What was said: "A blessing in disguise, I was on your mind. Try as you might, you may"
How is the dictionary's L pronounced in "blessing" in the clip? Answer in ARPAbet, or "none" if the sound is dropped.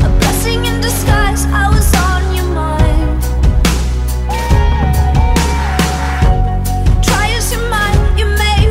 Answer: none